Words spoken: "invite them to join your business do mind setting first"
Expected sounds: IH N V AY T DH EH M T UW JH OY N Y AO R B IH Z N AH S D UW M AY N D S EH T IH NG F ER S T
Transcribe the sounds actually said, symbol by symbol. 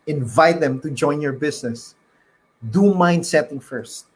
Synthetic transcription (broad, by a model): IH N V AY T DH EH M T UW JH OY N Y AO R B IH S N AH S D UW M AY N D S EH T IH NG F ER S T